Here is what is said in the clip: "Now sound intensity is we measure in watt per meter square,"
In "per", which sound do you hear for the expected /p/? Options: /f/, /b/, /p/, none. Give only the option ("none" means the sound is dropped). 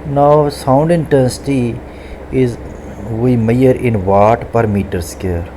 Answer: /p/